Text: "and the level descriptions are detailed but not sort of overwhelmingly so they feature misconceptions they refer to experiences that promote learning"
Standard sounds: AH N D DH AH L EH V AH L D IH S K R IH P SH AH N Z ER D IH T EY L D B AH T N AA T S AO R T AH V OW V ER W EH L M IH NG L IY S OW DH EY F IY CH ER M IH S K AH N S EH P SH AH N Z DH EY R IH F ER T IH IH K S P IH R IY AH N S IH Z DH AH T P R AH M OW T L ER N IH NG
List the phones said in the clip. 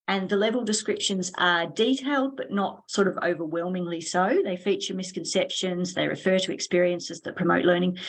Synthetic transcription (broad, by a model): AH N DH AH L EH V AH L D IH S K R IH P SH AH N Z ER D IH T EY L D B AH T N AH T S AO R T AH V OW V ER W EH L M IH NG L IY S OW DH EY F IY CH ER M IH S K AH N S EH P SH AH N Z DH EY R IH F ER T IH IH K S P IH R IY AH N S IH Z DH AH T P R AH M OW T L ER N IH NG